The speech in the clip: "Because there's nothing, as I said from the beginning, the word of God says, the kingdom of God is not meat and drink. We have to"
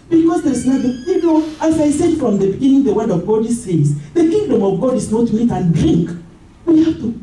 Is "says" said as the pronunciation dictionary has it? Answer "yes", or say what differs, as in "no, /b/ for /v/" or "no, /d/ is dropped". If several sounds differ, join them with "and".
no, /s/ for /z/